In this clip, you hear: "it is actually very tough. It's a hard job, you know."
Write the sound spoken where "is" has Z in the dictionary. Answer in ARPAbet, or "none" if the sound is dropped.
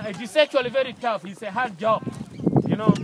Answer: S